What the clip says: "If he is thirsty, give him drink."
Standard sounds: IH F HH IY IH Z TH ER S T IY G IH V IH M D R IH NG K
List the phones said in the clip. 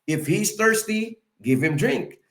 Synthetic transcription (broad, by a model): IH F HH IY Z TH ER S T IY G IH V IH M D R IH NG K